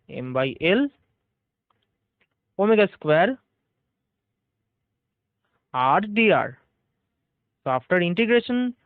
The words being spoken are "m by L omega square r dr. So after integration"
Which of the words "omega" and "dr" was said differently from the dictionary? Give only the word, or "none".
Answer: dr